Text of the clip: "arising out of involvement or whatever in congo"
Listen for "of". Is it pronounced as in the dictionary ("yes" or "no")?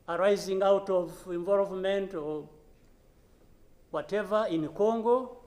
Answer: yes